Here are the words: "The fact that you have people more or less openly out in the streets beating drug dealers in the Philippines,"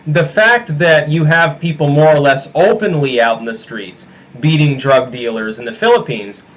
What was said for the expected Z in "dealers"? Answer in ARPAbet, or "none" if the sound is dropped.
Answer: Z